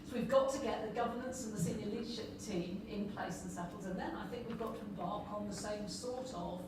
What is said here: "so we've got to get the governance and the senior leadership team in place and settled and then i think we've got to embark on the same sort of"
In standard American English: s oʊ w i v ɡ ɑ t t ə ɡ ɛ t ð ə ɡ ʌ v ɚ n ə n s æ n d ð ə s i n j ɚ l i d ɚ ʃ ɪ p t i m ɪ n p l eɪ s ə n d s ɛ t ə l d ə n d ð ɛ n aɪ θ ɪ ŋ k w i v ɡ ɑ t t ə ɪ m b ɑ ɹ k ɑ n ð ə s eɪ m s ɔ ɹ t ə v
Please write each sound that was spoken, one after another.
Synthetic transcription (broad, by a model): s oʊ w i v ɡ ɑ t t ə ɡ ɛ t ð ə ɡ ʌ v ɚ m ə n s n ð ə s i n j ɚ l i d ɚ ʃ ɪ p t i m ɪ n p l eɪ s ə n s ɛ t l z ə n ð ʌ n aɪ θ ɪ ŋ k w i v ɡ ɑ t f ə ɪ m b ɑ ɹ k n ð ə s eɪ m s ɔ ɹ t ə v